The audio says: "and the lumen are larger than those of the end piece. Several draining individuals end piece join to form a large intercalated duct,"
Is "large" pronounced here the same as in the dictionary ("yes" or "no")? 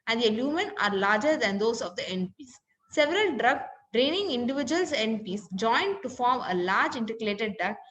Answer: yes